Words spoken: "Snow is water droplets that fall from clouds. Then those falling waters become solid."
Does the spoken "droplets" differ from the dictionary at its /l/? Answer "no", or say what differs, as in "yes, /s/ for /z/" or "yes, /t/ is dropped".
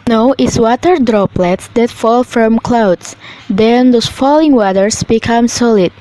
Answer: no